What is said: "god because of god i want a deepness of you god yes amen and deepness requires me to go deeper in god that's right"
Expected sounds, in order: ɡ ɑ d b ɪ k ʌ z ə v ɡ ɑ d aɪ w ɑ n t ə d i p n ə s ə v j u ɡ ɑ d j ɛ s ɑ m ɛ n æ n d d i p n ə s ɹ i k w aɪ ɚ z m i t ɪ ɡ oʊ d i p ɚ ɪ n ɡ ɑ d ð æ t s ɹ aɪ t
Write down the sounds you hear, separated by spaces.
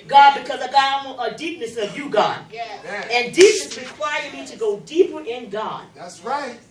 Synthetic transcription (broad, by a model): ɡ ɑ d b ɪ k ʌ z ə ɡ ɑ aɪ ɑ t ə d i p n ə s ə v j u ɡ ɑ d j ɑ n n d d i p n ə s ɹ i k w aɪ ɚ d m i t ɪ ɡ oʊ d i p ɚ ɪ n ɡ ɑ d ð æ t s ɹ aɪ t